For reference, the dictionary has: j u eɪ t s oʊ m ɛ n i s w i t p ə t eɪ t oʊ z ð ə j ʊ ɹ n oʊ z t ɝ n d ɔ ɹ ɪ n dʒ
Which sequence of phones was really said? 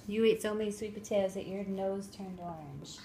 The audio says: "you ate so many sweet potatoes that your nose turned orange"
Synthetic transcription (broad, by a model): j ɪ eɪ t s oʊ m ɛ n i s w i t b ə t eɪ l z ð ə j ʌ ɹ n oʊ z t ɝ n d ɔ ɹ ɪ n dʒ